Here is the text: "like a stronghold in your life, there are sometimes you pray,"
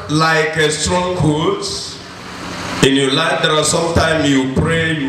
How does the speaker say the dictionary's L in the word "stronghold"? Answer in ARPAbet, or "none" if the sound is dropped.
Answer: none